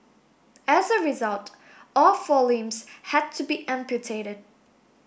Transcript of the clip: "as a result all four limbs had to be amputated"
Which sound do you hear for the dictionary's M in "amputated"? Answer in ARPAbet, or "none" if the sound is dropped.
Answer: M